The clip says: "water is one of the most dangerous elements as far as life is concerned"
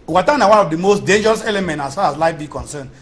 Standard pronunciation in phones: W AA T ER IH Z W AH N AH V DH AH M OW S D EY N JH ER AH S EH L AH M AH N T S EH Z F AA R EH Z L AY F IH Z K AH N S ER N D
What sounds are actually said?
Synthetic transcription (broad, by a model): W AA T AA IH W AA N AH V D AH M OW S D EY N JH ER AH S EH L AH M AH N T AA S F AA R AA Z L AY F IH K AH N S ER N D